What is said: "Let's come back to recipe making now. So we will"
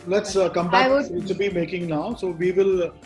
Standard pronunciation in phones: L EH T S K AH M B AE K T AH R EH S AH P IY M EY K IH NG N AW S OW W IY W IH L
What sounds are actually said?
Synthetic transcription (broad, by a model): L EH T S K AH M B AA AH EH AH B IY M EY K IH NG N AW S OW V IY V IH L